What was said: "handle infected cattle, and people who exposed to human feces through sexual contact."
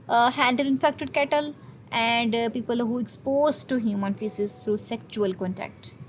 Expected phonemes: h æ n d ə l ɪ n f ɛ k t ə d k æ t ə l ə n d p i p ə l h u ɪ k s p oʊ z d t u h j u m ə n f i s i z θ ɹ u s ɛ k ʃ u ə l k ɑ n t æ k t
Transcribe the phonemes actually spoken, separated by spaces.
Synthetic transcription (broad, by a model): h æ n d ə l ɪ n f ɛ k t ə d k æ t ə l ə n d p i p ə l h u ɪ k s p oʊ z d t u h j u m ə n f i s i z t ɹ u s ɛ k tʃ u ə l k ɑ n t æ k t